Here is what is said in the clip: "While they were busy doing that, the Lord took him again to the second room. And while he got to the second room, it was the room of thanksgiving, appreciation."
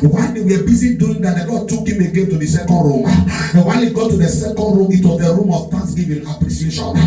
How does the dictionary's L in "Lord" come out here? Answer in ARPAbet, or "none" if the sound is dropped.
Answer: N